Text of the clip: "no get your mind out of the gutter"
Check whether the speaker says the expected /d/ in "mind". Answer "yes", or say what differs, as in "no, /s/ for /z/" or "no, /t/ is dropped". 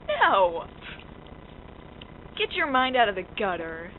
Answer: yes